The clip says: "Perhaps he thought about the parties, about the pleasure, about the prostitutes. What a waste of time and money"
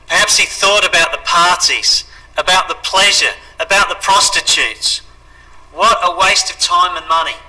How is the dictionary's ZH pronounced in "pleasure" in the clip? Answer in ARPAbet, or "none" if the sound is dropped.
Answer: ZH